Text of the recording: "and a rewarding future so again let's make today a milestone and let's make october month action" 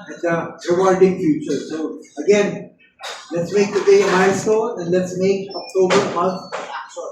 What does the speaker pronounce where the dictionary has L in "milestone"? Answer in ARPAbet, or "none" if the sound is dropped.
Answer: none